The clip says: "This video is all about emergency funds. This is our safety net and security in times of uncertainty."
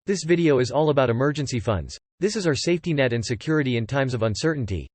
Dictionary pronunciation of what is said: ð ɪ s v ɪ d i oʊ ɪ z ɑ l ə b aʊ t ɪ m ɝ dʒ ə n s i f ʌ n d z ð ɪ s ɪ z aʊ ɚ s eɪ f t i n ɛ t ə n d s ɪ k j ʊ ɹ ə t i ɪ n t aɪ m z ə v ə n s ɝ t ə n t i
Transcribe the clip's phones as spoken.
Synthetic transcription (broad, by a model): ð ɪ s v ɪ d i oʊ ɪ z ɑ l ə b aʊ t ɪ m ɝ dʒ ə n s i f ʌ n d z ð ɪ s ɪ z aʊ ɚ s eɪ f t i n ɛ t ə n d s ɪ k j ʊ ɹ ə t i ɪ n t aɪ m z ə v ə n s ɝ t n t i